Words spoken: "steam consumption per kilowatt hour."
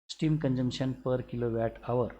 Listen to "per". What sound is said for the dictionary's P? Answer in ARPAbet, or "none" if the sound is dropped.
P